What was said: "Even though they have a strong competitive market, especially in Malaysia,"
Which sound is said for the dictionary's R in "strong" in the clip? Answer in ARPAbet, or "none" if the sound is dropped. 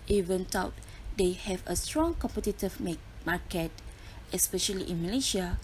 R